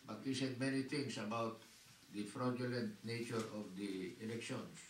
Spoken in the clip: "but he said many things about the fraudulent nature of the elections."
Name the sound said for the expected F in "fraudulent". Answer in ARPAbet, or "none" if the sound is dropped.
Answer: F